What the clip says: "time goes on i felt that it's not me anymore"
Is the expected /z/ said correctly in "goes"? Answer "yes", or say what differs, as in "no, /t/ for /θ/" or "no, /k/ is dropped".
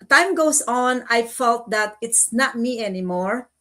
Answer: no, /s/ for /z/